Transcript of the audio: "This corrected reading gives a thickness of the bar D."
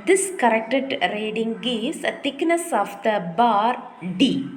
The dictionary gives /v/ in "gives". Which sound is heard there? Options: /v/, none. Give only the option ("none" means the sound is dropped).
none